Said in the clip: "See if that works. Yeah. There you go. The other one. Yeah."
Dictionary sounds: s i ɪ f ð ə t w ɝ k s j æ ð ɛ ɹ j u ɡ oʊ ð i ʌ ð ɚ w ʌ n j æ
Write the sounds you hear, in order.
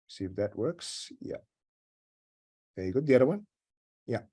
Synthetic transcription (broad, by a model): s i ɪ f ð ə t w ɝ k s j æ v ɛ ɹ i ɡ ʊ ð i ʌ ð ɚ w ʌ n j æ